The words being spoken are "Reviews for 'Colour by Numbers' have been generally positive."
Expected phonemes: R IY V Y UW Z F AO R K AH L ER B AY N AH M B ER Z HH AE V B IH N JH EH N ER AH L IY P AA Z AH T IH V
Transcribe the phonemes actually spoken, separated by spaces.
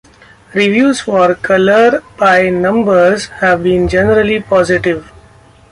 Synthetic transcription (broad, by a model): R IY V Y UW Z F AO R K AH L ER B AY N AH M B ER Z HH AE V B IH N JH EH N ER AH L IY P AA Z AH T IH V